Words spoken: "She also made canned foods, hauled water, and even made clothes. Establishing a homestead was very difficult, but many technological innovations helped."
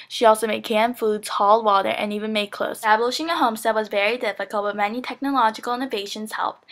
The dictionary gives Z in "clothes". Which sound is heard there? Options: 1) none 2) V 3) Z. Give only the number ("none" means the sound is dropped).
1